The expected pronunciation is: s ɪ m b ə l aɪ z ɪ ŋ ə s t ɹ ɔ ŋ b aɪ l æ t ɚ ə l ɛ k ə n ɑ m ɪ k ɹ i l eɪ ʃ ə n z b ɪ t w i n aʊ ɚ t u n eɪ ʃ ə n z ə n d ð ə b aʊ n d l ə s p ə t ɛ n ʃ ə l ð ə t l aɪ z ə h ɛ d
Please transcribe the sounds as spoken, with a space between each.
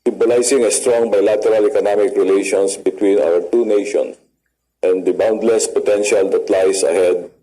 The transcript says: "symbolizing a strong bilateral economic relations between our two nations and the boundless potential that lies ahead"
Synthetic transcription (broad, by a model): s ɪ m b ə l aɪ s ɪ ŋ ə s t ɹ ɔ ŋ b aɪ l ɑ t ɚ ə l ɛ k ə n ɑ m ɪ k ɹ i l eɪ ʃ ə n s b ɪ t w i n aʊ ɚ t u n eɪ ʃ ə n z ə n d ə b aʊ n d l ə s p ə t ɛ n ʃ ə l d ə t l aɪ s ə h ɛ d